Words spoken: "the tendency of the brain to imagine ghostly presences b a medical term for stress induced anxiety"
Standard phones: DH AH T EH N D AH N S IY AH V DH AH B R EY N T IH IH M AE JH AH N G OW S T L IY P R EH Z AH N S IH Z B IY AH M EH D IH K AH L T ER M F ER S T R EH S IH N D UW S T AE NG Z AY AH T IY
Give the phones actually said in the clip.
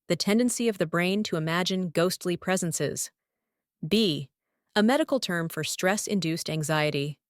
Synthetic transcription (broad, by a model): DH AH T EH N D AH N S IY AH V DH AH B R EY N T IH IH M AE JH AH N G OW S T L IY P R EH Z AH N S IH Z B IY AH M EH D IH K L T ER M F ER S T R EH S IH N D UW S T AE NG Z AY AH T IY